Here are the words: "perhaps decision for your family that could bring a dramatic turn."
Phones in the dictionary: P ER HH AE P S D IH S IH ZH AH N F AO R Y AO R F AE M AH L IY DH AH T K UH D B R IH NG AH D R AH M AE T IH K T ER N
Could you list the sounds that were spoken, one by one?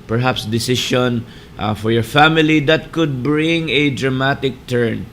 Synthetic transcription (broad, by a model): P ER HH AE P S D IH S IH SH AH N F AO R Y AO R F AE M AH L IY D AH T K UH D B R IH NG AH D R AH M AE T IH K T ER N